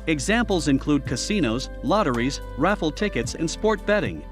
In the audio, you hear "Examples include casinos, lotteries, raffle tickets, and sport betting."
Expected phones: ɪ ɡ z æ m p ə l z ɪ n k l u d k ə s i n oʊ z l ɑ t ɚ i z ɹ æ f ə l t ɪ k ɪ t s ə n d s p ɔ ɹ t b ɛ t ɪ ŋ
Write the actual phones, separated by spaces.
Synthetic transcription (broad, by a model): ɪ ɡ z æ m p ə l z ɪ n k l u d k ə s i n oʊ z l ɑ t ɚ i z ɹ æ f l t ɪ k ɪ t s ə n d s p ɔ ɹ t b ɛ t ɪ ŋ